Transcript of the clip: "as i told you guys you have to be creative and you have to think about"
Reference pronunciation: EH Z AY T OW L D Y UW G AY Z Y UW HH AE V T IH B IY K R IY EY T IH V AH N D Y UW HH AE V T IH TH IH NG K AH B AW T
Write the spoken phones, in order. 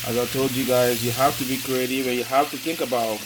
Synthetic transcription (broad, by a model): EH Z AY T OW L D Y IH G AY Z Y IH HH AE F T IH B IY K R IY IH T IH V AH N Y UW HH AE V T IH TH IH NG K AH B AW T